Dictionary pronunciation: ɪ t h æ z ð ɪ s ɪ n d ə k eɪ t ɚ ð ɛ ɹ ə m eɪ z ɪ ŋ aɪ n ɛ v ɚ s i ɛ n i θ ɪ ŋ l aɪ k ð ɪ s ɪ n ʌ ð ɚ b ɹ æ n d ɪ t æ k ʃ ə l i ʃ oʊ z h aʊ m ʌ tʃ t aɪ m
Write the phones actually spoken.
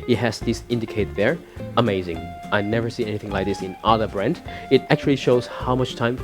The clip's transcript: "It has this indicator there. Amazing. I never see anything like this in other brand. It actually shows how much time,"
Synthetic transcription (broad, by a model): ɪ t h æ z ð ɪ s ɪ n d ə k eɪ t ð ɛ ɹ ə m eɪ z ɪ ŋ aɪ n ɛ v ɚ s i ɛ n i θ ɪ ŋ l aɪ k ð ɪ s ɪ n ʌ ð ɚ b ɹ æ n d ɪ t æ k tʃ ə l i ʃ oʊ z h aʊ m ʌ tʃ t aɪ m